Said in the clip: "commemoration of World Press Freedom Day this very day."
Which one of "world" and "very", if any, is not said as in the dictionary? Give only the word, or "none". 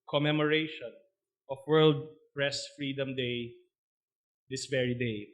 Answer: none